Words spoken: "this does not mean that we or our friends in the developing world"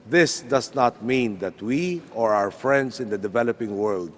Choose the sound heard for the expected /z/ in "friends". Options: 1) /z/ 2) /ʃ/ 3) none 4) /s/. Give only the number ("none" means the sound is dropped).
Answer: 4